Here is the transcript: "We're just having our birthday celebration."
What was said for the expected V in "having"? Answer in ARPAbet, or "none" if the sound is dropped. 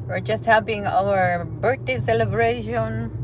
P